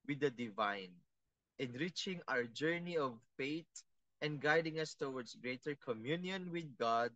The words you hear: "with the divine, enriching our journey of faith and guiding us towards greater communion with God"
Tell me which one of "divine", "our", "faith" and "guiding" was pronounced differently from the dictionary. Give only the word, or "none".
faith